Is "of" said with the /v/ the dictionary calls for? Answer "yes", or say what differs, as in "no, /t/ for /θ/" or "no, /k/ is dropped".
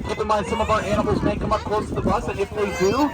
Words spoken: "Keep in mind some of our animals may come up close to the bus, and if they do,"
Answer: yes